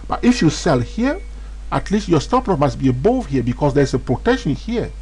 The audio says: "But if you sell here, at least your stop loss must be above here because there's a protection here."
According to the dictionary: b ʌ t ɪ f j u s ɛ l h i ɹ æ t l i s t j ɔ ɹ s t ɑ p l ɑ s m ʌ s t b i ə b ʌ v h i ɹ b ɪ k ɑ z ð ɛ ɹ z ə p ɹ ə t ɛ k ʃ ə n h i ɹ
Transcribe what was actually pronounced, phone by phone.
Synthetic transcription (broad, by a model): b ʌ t ɪ f j u s ɛ l h i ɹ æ t l i s t j ɔ ɹ s t ɑ p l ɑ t m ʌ s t b i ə b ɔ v h i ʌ b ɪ k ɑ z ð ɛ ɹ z ə p ɹ ə t ɛ k ʃ ə n h i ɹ